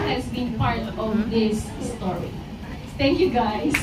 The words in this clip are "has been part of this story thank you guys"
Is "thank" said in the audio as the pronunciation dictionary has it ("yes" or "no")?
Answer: no